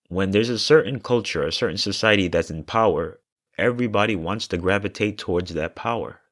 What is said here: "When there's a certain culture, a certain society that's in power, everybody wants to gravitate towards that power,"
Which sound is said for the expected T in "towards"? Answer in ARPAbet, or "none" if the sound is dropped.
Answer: T